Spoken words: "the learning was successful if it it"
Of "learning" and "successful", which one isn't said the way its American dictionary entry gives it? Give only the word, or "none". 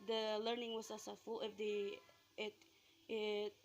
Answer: successful